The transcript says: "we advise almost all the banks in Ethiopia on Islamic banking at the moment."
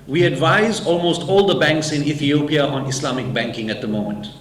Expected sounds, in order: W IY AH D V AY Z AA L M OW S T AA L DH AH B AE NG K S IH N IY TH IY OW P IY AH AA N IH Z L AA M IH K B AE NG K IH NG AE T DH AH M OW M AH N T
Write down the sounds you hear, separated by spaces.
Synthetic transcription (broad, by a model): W IY AH D V AY Z AA L M OW S T AA L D AH B AE NG K S IH N IY TH IY OW P IY AH AA N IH S L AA M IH K B AE NG K IH NG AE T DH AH M OW M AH N T